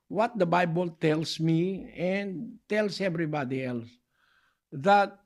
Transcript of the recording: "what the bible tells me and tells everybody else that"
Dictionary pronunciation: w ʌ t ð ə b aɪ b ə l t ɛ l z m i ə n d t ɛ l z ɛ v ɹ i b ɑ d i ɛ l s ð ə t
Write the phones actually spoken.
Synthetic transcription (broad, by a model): w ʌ t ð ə b aɪ b ə l t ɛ l s m i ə n t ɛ l s ɛ v ɹ i b ɑ d i ɛ l s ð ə t